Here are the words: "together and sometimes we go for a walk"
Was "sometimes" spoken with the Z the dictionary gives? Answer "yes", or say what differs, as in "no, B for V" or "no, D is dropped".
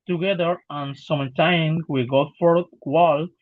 no, Z is dropped